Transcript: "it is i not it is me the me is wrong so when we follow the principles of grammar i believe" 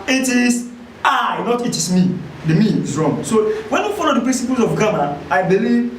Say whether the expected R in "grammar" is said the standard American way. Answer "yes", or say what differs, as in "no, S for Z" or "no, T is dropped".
no, R is dropped